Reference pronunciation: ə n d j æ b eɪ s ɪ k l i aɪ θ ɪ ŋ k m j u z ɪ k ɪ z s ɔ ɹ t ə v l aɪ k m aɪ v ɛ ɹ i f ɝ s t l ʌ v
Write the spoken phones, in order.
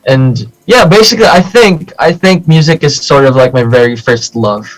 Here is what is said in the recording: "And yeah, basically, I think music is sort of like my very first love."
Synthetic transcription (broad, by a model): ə n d j æ b eɪ s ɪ k l i aɪ θ ɪ ŋ k m j u z ɪ k ɪ z s ɔ ɹ t ə v l aɪ k m aɪ v ɛ ɹ i f ɝ s t l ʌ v